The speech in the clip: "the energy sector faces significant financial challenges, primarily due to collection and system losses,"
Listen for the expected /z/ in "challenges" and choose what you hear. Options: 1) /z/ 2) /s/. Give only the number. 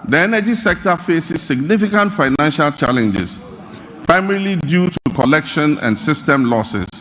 2